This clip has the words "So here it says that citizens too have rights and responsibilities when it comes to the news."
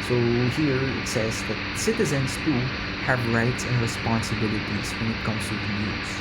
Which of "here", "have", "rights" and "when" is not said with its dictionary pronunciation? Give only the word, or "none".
none